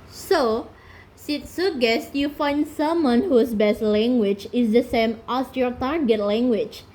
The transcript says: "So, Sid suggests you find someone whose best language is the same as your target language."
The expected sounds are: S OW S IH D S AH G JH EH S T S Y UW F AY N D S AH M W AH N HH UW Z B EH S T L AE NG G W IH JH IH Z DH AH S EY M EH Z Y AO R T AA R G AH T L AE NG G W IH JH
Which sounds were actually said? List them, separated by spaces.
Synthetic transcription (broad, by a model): S OW S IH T S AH G EH S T Y UW F AY N D S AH M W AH N HH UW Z B EH S T L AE NG G W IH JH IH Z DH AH S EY M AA S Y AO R T AA R G AH T L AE NG G W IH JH